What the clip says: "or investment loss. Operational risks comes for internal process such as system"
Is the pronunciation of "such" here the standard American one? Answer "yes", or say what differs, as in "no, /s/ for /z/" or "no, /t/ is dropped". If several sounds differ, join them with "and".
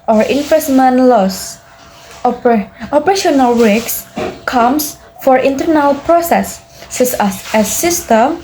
no, /s/ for /tʃ/